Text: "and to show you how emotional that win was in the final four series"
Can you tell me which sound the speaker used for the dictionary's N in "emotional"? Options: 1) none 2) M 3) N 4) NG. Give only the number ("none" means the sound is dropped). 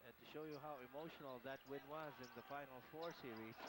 3